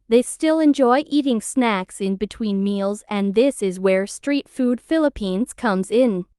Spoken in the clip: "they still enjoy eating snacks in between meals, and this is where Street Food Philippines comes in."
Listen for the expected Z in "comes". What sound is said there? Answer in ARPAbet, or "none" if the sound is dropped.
Z